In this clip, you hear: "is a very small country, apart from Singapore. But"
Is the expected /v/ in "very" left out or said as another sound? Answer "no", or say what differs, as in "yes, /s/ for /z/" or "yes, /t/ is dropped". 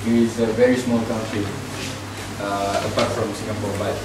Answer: no